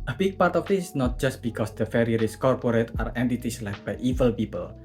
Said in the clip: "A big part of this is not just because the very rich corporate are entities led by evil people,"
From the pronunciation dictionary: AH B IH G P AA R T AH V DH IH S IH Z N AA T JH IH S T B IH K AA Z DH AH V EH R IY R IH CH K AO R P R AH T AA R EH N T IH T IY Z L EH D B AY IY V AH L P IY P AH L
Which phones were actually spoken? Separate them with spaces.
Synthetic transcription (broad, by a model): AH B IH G P AA R T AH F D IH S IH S N AA T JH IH S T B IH K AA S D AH F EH R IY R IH S K AO R P R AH T AA R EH N T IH T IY S L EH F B AY IY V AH L P IY P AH L